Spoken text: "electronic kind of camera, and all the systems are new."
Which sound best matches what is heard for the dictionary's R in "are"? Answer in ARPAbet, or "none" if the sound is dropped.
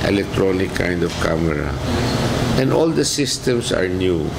R